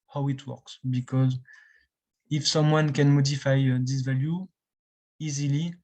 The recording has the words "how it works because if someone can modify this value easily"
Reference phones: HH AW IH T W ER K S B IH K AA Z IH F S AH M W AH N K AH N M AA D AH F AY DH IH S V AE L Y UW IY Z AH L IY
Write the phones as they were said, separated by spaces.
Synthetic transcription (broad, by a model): HH AW IH T W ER K S B IH K AA Z IH F S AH M W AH N K AH N M AA D AH F AY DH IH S V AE L Y UW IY Z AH L IY